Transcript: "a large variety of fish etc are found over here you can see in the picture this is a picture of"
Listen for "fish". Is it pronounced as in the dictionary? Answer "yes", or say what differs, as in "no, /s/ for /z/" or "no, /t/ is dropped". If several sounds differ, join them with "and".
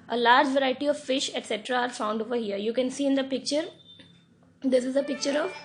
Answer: yes